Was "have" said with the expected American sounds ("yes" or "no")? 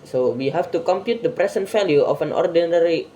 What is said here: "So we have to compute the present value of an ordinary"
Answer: no